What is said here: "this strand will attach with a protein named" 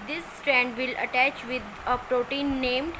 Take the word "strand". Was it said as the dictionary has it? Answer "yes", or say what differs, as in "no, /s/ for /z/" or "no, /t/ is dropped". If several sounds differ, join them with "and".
yes